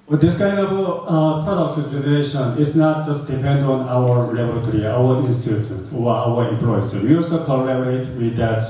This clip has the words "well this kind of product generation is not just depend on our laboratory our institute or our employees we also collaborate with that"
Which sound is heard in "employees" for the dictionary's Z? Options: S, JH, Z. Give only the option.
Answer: S